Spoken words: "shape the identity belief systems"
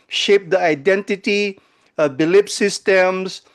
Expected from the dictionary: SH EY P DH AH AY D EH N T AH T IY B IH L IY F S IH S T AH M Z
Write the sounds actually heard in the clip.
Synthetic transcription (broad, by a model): SH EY P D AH AY D EH N T AH T IY B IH L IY P S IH S T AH M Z